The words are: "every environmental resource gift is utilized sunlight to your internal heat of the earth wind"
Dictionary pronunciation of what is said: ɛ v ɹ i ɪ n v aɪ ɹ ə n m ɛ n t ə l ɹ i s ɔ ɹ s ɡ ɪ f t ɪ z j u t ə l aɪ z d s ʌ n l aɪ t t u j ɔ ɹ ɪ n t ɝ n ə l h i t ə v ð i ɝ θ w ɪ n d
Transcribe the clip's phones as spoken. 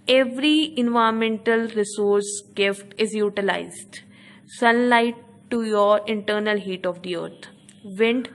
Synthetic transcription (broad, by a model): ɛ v ɹ i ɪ n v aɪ ə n m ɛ n t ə l ɹ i s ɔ ɹ s ɡ ɪ f t ɪ z j u t ə l aɪ z d s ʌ n l aɪ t t u j ɔ ɹ ɪ n t ɝ n ə l h i t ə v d i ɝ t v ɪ n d